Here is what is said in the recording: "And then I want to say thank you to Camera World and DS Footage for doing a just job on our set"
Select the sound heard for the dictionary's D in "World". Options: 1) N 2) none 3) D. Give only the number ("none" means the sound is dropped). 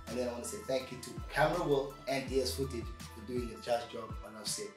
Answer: 2